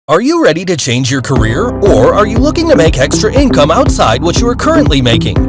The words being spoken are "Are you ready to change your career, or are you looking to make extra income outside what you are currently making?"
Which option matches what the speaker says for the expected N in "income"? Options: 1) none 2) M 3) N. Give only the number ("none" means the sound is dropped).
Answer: 3